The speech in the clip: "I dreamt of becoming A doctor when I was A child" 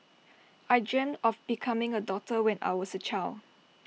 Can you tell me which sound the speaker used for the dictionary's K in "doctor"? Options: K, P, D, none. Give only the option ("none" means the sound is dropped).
none